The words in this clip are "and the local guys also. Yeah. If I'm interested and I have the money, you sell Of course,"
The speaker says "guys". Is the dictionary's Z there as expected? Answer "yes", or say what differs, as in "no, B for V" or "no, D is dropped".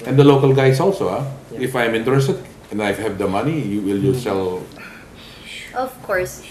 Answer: no, S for Z